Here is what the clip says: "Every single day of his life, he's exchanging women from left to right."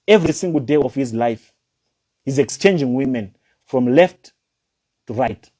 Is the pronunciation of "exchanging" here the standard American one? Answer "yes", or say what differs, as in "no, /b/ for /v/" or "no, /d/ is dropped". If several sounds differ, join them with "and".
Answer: yes